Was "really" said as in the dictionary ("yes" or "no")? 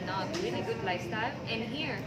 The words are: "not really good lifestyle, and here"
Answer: no